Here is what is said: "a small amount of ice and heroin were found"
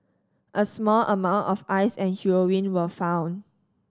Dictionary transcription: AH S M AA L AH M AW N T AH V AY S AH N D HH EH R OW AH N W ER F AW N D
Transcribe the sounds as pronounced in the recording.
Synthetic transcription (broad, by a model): AH S M AA L AH M AW N T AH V AY S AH N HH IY R OW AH N W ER F AW N